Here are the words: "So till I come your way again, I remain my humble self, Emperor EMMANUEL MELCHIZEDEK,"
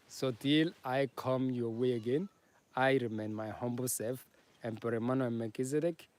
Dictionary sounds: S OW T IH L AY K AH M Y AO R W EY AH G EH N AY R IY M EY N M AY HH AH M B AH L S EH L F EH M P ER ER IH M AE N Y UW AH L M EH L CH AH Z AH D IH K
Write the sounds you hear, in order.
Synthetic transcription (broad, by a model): S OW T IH L AY K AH M Y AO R W EY AH G EH N AY R IY M EY N M AY HH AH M B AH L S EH F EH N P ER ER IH M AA N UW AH N M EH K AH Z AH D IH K